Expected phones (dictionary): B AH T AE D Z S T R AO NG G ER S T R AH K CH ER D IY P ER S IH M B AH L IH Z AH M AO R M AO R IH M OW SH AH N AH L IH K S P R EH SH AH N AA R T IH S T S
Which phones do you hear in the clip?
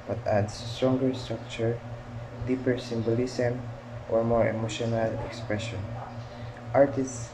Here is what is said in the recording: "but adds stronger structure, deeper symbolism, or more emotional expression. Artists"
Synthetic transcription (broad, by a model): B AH T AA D S T R AO NG G ER S T R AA K CH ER D IY P ER S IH M B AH L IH S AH M AO R M AO R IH M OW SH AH N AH L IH K S P R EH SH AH N AA R T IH S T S